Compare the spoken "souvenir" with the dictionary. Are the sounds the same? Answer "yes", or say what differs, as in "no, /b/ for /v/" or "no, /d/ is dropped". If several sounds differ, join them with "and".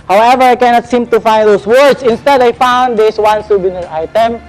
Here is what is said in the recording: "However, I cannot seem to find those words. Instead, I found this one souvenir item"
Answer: no, /b/ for /v/